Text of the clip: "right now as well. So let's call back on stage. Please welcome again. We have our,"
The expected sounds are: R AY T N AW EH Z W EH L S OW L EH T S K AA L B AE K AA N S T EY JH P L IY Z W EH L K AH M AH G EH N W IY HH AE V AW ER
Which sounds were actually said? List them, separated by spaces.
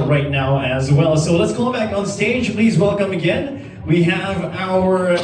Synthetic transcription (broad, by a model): R AY T N AW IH Z W EH L S OW L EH T S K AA B AE K N S T EY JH P L IY Z W EH L K AH M AH G EH N W IY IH V AW ER